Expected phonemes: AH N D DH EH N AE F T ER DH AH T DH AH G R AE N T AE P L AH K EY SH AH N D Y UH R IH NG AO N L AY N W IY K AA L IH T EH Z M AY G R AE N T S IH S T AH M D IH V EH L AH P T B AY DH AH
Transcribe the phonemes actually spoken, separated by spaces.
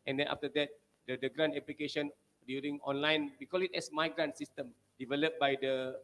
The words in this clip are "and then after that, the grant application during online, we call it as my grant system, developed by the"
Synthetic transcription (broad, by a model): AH N D EH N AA F T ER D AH T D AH G R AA N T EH P L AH K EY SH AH N D Y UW R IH NG AO N L AY N W IY K AA L IH T EH S M AY G R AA N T S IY S T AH M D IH V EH L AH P B AY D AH